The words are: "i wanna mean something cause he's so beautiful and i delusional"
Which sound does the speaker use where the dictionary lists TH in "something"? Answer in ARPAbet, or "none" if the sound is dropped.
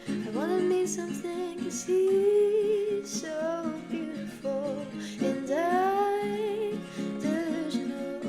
TH